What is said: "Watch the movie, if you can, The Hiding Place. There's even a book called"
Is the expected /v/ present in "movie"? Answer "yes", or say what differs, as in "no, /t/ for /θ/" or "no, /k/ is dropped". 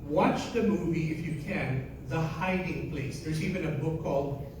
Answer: yes